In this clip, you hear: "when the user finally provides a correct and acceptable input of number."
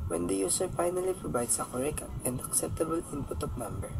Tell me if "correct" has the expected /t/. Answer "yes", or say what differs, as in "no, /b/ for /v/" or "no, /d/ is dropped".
no, /t/ is dropped